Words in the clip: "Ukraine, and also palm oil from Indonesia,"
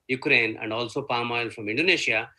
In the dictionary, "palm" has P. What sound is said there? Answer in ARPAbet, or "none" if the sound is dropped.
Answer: P